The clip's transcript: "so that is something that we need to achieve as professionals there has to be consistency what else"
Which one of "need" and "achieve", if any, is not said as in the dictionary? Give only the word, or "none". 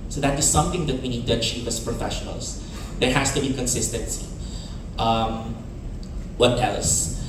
achieve